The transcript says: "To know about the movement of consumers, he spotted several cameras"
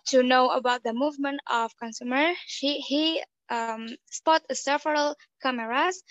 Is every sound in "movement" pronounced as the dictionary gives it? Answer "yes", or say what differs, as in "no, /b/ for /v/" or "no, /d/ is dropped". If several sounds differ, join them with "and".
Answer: yes